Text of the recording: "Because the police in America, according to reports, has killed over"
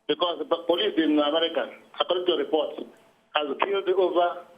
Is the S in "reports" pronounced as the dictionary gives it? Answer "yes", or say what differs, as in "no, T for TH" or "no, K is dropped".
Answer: no, S is dropped